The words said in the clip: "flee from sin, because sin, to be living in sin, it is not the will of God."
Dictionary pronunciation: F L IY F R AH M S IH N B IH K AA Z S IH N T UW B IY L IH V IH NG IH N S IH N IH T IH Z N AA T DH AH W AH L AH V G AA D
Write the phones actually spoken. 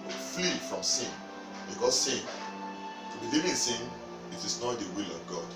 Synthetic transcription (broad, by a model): F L IY F R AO M S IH N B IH K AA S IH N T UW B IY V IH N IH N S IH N IH T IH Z N AA T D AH W AH L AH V G AA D